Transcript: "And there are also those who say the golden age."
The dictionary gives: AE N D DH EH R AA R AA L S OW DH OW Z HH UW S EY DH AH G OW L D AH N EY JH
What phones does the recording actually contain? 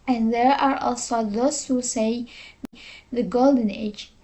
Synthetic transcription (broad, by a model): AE N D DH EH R AA R AA L S OW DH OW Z HH UW S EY DH AH G OW L D AH N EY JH